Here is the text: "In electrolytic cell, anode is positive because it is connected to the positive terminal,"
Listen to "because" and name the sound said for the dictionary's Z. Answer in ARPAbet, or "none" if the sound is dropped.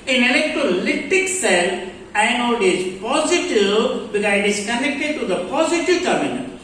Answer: none